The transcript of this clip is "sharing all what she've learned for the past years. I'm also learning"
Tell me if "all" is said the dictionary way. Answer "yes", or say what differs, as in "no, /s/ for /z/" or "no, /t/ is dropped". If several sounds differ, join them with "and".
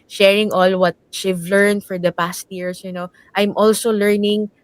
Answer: yes